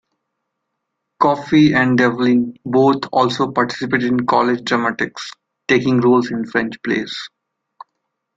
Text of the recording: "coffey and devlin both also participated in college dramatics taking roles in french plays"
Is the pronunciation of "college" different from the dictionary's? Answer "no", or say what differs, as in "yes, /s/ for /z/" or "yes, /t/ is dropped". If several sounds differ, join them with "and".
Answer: no